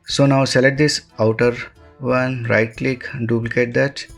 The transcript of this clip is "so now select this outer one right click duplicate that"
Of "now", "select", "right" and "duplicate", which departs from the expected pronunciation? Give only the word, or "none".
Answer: select